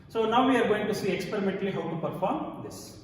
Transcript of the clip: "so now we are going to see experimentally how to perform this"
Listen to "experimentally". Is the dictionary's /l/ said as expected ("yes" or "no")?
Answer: yes